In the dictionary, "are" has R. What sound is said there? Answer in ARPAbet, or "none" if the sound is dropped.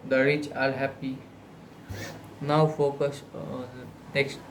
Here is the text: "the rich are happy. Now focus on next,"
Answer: L